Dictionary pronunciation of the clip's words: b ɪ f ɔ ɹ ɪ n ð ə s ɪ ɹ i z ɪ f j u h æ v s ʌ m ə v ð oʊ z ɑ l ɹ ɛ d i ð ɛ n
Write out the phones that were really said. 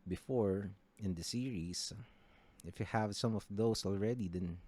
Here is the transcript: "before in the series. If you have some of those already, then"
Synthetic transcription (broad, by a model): b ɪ f ɔ ɹ ɪ n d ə s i ɹ i s ɪ f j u h æ v s ʌ m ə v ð oʊ s ɑ l ɹ ɛ d i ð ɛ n